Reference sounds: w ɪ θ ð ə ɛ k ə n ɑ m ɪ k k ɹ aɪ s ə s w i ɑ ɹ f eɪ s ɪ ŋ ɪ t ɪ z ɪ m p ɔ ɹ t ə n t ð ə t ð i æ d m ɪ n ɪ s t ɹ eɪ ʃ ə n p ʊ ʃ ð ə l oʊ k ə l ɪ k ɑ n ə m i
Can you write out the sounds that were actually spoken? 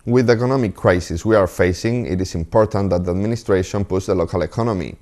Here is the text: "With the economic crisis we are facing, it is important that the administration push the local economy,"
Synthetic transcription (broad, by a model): w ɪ ð ə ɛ k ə n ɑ m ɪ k k ɹ aɪ s ə s w i ɑ ɹ f eɪ s ɪ ŋ ɪ t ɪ s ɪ m p ɔ ɹ t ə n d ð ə t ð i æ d m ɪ n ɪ s t ɹ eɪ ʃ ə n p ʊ s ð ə l oʊ k ə l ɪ k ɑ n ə m i